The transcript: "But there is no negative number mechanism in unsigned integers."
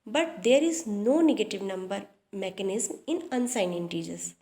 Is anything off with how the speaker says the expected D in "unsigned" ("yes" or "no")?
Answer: yes